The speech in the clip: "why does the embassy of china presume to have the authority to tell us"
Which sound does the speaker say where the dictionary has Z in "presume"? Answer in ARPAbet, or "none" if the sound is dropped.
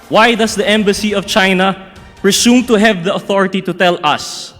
S